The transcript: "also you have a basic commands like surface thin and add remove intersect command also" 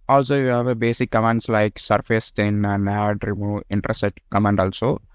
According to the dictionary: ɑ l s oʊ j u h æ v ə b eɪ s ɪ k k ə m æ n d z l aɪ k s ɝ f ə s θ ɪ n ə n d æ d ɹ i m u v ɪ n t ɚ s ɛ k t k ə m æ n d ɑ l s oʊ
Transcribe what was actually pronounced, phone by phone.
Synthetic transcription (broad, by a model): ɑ l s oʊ j u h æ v ə b eɪ s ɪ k k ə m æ n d s l aɪ k s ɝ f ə s t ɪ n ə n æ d ɹ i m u ɪ n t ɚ s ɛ t k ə m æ n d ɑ l s oʊ